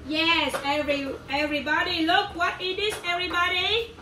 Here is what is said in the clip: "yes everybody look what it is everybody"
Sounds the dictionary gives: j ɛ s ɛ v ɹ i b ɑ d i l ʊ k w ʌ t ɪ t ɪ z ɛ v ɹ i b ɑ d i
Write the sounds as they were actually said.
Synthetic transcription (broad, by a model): j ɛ s ɛ v ɹ i b ɑ d i l ʊ k w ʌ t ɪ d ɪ s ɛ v ɹ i b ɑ d i